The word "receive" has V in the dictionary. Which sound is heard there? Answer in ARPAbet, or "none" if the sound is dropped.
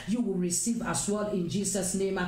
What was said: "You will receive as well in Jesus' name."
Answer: V